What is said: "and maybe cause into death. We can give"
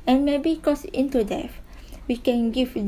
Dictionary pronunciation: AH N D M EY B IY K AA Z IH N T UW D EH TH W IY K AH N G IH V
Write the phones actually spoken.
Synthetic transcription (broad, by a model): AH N M EY B IY K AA S IH N T UW D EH F W IY K AH N G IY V